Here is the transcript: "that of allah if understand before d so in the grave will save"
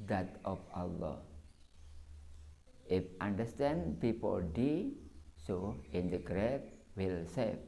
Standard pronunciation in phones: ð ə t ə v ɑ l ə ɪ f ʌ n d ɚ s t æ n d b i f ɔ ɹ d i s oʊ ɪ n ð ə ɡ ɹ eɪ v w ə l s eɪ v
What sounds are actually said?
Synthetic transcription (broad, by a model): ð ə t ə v ɑ l ə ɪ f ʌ n d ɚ s t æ n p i p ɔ l d i s oʊ ɪ n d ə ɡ ɹ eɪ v w ə l s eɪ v